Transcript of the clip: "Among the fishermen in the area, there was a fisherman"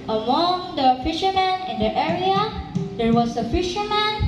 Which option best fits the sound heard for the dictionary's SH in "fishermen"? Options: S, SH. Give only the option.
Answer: SH